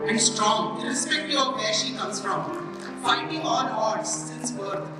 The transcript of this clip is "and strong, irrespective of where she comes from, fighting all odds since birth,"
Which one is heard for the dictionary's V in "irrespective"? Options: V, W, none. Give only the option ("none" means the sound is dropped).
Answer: none